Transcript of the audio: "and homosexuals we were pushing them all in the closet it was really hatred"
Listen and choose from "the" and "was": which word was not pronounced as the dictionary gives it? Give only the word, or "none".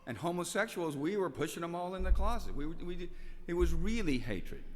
none